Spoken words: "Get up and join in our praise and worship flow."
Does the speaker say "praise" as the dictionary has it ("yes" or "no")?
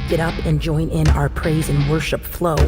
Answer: yes